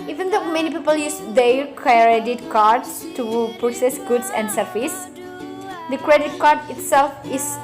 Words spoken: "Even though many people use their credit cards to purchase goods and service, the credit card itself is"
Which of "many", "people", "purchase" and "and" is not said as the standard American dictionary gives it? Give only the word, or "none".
purchase